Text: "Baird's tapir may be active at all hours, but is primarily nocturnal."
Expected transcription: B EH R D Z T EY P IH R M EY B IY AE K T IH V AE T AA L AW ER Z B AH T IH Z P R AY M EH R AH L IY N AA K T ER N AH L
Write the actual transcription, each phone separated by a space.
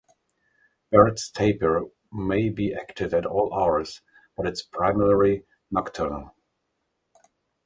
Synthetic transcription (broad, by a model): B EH R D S T EY P IH R M EY B IY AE K T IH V AE T AA L AW ER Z B AH T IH S P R AY M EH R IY N AA K T ER N AH L